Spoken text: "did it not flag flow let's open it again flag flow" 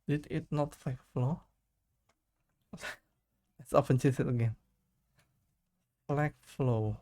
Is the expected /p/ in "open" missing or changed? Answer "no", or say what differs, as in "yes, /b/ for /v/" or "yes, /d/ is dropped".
yes, /f/ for /p/